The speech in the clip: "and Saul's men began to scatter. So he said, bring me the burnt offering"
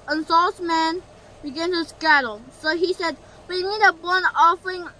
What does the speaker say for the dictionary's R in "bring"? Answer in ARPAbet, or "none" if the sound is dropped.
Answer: none